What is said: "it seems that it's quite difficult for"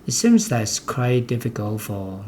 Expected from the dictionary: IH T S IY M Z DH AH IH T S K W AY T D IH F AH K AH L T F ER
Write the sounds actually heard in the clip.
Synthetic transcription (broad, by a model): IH T S IY M Z DH AH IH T S K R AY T D IH F AH K AH L T F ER